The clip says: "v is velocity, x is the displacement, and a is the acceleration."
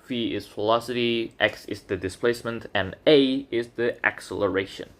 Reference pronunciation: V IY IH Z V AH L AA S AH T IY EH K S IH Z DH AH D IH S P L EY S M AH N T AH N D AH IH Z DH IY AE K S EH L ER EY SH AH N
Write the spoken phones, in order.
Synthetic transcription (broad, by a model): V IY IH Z F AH L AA S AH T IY EH K S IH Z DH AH D IH S P L EY S M AH N T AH N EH AH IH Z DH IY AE K S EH L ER EY SH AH N